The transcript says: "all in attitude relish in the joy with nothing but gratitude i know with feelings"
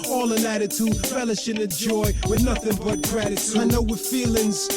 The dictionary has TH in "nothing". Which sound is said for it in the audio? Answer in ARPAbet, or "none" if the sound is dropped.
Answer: TH